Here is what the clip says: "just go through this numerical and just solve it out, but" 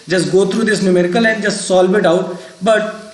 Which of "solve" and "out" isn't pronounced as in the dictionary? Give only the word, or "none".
solve